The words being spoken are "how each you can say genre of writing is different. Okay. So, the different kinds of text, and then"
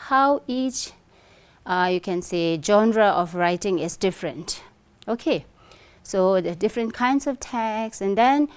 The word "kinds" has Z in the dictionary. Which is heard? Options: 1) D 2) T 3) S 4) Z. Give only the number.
3